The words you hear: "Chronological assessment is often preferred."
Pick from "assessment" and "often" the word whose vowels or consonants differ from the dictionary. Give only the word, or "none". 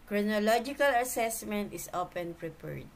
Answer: often